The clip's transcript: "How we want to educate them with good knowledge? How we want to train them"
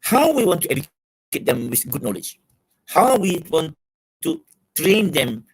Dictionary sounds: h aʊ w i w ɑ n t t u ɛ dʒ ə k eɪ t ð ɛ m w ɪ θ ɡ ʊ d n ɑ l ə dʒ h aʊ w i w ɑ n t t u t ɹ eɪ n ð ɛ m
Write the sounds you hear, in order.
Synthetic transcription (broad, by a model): h aʊ w i w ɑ n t t u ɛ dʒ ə k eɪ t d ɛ m w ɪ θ ɡ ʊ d n ɑ l ə dʒ h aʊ w i w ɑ n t t u t ɹ eɪ n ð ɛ m